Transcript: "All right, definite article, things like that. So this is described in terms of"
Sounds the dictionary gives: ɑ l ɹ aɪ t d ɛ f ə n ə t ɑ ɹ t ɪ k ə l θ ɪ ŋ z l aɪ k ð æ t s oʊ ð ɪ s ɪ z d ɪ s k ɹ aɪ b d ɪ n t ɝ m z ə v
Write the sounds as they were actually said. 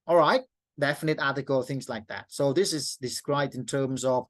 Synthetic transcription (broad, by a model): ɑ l ɹ aɪ t d ɛ f ə n ə t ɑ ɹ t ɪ k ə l θ ɪ ŋ z l aɪ k ð æ t s oʊ ð ɪ s ɪ z d ɪ s k ɹ aɪ b d ɪ n t ɝ m z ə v